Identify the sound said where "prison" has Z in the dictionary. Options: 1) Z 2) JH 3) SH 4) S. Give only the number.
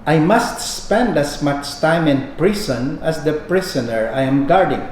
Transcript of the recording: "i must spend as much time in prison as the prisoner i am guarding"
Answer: 4